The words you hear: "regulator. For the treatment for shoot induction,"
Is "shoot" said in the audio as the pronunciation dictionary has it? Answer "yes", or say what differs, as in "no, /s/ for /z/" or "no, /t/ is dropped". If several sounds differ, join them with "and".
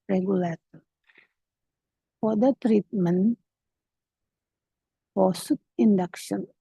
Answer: no, /s/ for /ʃ/